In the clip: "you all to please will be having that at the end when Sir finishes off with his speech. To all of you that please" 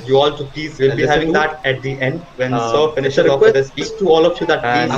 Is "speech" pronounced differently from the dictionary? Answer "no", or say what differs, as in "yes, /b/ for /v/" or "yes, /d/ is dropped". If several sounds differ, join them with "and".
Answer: yes, /s/ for /tʃ/